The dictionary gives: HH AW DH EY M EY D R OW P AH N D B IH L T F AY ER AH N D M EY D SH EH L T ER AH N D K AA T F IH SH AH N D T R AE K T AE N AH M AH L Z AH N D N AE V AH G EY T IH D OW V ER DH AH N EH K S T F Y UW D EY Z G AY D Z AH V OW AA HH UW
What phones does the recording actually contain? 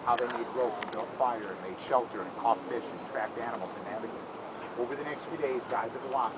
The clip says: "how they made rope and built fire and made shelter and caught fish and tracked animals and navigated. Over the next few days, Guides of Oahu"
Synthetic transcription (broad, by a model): HH AW DH EY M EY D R OW AH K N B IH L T F AY ER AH N M EY D SH EH L T ER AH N K AA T F IH SH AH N T R AE K T AE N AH M L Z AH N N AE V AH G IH OW V ER DH AH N EH K S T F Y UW D EY Z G AY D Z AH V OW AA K